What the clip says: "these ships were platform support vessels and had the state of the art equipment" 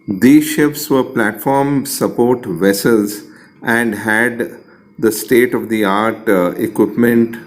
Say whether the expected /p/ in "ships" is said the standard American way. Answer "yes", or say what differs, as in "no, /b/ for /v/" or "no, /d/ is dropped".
no, /f/ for /p/